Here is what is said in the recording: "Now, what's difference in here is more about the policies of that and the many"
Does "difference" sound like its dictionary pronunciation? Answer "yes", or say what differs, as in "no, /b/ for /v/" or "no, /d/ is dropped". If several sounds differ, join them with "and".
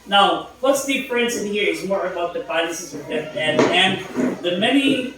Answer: no, /p/ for /f/